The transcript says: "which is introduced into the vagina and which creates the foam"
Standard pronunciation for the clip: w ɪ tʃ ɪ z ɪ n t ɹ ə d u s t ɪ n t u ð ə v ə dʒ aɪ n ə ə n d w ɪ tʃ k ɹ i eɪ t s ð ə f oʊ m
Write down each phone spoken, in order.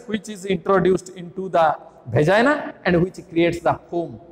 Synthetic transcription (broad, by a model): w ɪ tʃ ɪ z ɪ n t ɹ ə d u s t ɪ n t u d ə b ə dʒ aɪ n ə ə n d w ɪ tʃ k ɹ i eɪ t s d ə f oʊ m